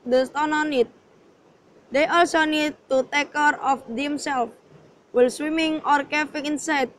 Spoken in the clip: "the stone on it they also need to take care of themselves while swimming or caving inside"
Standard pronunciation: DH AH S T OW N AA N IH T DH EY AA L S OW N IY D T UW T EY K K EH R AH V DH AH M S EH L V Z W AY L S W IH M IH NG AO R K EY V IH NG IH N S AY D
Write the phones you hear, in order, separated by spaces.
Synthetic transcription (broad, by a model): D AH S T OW N AA N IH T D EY AA L S OW N IY D T UW T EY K K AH R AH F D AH M S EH L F W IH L S W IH M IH NG AO R K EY F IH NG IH N S AY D